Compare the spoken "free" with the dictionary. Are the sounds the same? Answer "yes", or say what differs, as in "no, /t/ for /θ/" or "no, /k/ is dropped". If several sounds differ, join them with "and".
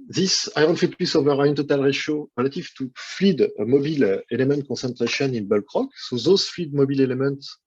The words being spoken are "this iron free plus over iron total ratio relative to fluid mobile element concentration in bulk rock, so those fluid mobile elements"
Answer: no, /ɹ/ is dropped